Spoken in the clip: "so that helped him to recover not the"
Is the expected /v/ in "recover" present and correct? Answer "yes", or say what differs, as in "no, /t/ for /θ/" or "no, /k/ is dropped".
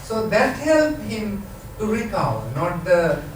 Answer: no, /v/ is dropped